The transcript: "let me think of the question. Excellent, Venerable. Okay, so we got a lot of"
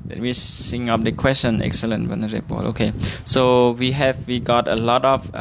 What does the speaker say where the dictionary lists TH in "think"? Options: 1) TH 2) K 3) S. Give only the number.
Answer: 3